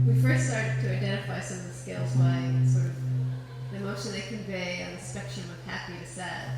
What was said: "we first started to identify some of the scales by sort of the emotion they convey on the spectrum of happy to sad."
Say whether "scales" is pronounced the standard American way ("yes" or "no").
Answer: yes